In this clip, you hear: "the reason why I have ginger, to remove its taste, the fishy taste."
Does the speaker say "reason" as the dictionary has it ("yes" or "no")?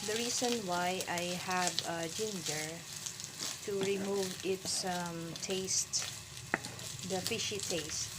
no